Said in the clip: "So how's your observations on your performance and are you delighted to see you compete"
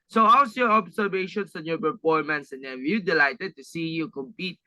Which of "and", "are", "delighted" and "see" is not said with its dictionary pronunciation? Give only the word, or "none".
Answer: are